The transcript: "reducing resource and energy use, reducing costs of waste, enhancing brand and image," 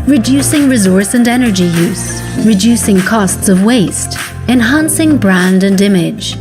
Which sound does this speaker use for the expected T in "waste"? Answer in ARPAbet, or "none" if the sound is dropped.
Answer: T